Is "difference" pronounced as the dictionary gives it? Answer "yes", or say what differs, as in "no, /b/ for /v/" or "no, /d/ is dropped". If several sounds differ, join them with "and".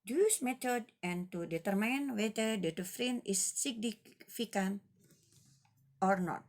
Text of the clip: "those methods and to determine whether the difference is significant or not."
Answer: no, /s/ is dropped